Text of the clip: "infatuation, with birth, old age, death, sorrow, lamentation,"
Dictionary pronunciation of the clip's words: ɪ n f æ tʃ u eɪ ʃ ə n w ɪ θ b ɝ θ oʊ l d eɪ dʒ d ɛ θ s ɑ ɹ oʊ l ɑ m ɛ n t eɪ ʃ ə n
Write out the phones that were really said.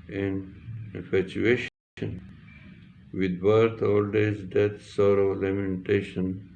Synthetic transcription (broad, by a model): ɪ n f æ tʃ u eɪ ʃ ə n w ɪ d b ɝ t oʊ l d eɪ z d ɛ t s ɑ ɹ oʊ l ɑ m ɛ n t eɪ ʃ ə n